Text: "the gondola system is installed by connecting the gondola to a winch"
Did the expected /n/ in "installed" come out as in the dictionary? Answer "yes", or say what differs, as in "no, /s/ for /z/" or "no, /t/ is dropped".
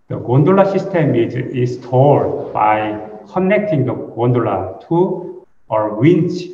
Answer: no, /n/ is dropped